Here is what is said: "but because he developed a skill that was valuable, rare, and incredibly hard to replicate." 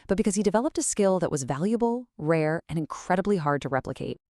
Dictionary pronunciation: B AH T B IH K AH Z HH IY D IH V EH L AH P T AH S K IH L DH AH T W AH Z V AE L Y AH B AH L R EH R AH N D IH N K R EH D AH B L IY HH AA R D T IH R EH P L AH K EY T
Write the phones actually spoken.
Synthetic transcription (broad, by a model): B AH T B IH K AH Z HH IY D IH V EH L AH P T AH S K IH L DH AH T W AH Z V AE L Y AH B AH L R EH R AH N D IH N K R EH D AH B L IY HH AA R D T IH R EH P L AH K EY T